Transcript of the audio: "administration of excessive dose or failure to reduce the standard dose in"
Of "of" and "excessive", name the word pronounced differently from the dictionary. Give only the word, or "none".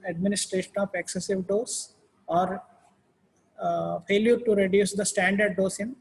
of